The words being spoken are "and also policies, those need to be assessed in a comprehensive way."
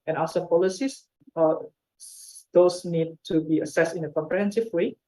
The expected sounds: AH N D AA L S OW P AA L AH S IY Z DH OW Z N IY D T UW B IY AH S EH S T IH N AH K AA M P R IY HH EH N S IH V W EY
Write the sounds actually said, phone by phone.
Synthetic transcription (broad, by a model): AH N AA S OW P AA L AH S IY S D OW S N IY D T UW B IY AH S EH S T IH N AH K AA M P R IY HH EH N S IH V W EY